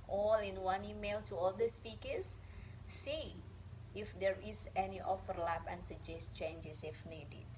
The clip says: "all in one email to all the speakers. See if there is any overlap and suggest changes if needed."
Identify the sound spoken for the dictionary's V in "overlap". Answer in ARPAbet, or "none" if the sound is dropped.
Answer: F